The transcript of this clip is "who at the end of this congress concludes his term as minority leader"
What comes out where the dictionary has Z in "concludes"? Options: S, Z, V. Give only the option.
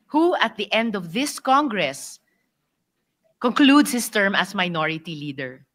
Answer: S